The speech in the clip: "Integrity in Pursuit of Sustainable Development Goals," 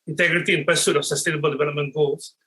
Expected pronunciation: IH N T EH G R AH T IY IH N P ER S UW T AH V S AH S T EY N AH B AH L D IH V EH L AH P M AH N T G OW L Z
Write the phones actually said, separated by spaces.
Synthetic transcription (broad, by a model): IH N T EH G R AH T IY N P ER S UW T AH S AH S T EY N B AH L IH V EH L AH M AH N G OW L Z